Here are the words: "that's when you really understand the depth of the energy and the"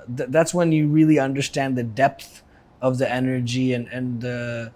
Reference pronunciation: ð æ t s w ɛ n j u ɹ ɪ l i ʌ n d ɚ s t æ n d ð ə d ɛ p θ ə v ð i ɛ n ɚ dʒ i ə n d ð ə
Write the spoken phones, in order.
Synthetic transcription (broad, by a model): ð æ t s w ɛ n j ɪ ɹ ɪ l i ʌ n d ɚ s t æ n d ð ə d ɛ p θ ə v ð i ɛ n ɚ dʒ i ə n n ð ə